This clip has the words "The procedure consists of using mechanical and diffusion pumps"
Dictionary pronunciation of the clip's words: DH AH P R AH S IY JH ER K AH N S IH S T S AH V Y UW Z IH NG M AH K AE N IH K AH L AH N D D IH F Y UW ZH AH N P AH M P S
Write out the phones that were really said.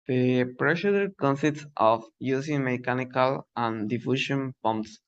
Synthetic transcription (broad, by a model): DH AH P R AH SH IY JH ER K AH N S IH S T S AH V Y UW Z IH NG M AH K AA N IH K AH L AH N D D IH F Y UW SH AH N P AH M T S